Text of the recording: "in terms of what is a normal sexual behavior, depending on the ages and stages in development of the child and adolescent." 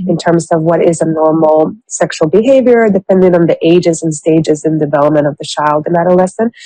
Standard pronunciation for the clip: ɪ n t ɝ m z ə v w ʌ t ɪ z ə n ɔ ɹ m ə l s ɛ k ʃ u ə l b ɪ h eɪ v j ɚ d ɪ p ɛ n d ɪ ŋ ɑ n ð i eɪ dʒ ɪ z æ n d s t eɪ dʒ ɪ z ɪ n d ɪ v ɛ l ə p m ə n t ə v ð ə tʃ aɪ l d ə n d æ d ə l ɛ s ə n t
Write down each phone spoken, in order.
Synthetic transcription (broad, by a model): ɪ n t ɝ m z ə v w ʌ t ɪ z ə n ɔ ɹ m l s ɛ k ʃ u l b ɪ h eɪ v j ɚ d ɪ p ɛ n d ɪ ŋ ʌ n ð i eɪ dʒ ɪ z n s t eɪ dʒ ɪ z ɪ n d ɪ v ɛ l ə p m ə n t ə v ð ə tʃ aɪ l d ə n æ d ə l ɛ s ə n